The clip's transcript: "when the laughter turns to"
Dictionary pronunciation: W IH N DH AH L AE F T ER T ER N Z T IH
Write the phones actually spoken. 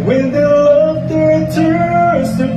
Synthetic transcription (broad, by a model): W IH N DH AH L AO T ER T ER Z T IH